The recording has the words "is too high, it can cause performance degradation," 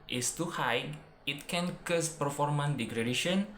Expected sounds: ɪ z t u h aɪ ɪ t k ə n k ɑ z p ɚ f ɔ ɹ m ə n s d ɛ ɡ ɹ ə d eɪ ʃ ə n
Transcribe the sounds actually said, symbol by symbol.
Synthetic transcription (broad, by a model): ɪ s t u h aɪ ɪ t k ə n k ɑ s p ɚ f ɔ ɹ m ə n d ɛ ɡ ɹ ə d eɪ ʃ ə n